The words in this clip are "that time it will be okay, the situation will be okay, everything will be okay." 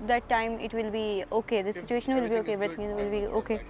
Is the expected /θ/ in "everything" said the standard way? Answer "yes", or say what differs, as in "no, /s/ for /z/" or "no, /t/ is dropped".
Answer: no, /t/ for /θ/